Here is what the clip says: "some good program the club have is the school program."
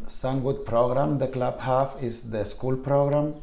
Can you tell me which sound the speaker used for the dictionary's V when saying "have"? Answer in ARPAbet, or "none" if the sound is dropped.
F